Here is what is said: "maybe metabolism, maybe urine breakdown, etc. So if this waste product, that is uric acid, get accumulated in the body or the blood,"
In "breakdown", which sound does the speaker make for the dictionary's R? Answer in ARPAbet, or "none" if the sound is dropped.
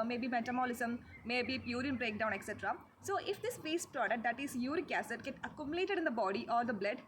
R